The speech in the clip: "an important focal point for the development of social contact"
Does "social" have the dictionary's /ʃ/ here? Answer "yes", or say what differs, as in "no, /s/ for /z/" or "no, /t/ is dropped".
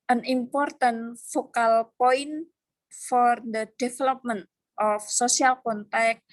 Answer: no, /s/ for /ʃ/